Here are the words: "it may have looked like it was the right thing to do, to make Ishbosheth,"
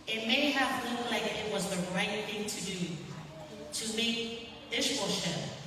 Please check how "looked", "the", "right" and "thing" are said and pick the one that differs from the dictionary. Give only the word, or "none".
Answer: looked